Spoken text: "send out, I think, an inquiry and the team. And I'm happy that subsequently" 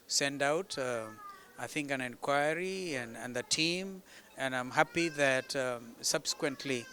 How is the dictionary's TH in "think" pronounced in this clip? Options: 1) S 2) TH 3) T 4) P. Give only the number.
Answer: 2